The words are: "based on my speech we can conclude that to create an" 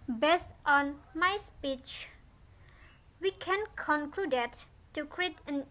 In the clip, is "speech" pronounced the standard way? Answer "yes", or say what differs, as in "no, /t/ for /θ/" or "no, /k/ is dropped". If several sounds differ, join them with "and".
yes